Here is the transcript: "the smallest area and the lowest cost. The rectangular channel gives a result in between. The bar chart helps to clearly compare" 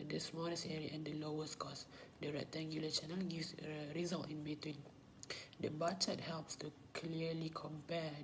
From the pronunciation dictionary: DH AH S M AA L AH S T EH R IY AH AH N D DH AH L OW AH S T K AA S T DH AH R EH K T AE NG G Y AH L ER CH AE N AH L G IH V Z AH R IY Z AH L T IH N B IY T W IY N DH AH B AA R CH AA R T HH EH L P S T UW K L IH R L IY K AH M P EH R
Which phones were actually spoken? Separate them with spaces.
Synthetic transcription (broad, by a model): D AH S M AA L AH S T EH R IY AH AH N D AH L OW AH S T K AA S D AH R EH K T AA NG G Y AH L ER CH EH N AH L G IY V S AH R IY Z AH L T IH N B IY T W IY N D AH B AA CH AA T HH EH L P S T UW K L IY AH L IY K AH M P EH